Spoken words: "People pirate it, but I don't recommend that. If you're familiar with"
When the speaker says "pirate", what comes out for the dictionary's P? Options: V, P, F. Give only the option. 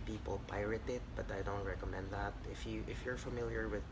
P